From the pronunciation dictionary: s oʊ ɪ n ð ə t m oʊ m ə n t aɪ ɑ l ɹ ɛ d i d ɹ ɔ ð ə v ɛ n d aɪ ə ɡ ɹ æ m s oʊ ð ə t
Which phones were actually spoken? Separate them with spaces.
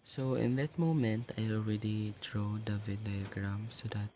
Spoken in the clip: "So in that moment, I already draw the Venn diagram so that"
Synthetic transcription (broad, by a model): s oʊ ɪ n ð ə t m oʊ m ə n t aɪ ɑ l ɹ ɛ d i d ɹ ɔ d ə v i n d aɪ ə ɡ ɹ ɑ m s oʊ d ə t